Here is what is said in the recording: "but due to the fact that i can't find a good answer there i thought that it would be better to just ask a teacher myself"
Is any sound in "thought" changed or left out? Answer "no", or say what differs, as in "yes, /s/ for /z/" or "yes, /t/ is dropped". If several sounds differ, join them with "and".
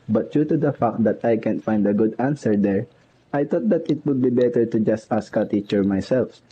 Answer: yes, /t/ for /θ/